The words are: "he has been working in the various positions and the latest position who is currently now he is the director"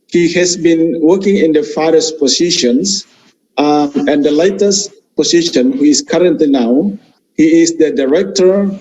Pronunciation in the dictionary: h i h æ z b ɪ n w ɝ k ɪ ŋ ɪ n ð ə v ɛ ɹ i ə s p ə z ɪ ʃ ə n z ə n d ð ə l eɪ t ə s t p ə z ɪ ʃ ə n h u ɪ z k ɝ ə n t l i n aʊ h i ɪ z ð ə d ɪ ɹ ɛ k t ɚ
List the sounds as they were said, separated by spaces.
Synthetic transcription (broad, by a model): h i h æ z b ɪ n w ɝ k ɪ ŋ ɪ n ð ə f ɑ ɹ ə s p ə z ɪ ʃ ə n s ə n d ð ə l eɪ t ə s t p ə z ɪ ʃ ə n h u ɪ s k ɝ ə n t l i n aʊ h i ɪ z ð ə d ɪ ɹ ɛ k t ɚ